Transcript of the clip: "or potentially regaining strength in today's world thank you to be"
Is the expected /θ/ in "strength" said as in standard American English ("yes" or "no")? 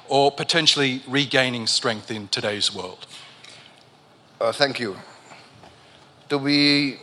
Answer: yes